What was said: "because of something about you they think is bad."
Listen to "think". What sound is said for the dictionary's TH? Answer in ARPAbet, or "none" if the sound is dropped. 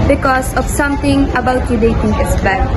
T